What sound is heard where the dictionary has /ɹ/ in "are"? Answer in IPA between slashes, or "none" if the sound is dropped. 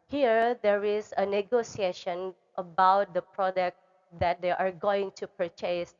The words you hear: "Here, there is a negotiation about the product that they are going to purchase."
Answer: /ɹ/